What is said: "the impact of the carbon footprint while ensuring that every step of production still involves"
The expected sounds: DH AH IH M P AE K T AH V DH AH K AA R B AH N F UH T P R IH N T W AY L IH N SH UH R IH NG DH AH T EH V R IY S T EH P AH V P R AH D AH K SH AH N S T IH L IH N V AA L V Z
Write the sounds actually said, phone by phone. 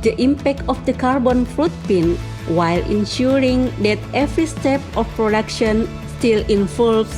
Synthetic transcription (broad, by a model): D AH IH M P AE K T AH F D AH K AA R B AH N F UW T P IH N W AY L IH N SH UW R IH NG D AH T EH V R IY S T EH P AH F P R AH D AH K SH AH N S T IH L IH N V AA L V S